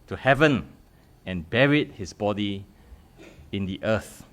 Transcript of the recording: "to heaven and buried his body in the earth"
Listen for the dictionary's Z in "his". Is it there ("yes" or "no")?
no